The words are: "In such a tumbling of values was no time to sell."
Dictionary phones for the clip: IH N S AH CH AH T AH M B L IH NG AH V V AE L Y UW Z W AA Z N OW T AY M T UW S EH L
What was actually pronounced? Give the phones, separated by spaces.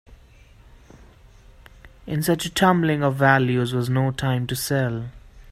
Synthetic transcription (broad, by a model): IH N S AH CH AH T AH M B L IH NG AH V V AE L Y UW Z W AA Z N OW T AY M T UW S EH L